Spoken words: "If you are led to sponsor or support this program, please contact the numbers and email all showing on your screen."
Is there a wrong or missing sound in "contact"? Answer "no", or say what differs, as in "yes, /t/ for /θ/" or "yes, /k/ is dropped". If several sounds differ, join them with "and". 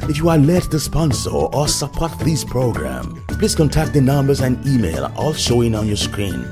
no